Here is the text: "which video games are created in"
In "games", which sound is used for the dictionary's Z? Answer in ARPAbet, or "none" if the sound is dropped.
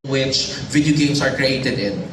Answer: S